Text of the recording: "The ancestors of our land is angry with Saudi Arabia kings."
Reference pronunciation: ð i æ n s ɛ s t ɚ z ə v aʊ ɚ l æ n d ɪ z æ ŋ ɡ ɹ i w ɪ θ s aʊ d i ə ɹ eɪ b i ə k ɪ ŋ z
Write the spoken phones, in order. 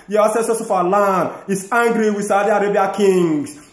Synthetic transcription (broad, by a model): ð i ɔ s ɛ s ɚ s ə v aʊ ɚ l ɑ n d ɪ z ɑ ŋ ɡ ɹ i w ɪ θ s aʊ d i ə ɹ eɪ b i ə k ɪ ŋ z